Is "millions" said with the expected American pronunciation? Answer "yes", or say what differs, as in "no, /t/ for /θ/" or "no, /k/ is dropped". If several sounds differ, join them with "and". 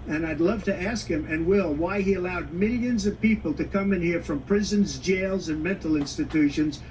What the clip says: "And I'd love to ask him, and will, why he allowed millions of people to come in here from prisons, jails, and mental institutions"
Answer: yes